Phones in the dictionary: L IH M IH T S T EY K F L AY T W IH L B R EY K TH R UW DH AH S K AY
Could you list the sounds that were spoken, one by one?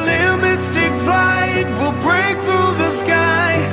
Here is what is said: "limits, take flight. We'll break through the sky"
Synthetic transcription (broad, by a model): L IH M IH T S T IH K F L AY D W IH L B R EY K TH R UW DH AH S K AY